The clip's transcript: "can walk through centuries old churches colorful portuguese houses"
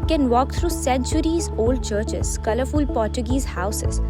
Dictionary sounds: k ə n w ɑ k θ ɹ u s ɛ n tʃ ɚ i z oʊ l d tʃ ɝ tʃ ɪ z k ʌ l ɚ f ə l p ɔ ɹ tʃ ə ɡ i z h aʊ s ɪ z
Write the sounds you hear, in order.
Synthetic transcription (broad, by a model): k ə n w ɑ k t ɹ u s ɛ n tʃ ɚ i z oʊ l d tʃ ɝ tʃ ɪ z k ʌ l ɚ f ə l p ɔ ɹ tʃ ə ɡ i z h aʊ s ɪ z